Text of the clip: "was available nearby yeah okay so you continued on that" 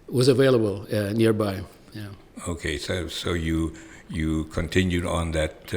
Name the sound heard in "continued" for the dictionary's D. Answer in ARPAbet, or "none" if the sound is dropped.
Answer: D